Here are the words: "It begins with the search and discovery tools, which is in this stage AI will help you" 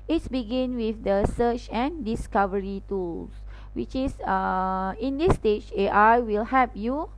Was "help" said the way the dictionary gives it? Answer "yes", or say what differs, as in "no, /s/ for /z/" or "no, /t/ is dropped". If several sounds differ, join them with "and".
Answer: no, /l/ is dropped